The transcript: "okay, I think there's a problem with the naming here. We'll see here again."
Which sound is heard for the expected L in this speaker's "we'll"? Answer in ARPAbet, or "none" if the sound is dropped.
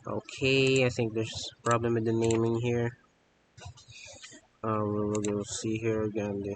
N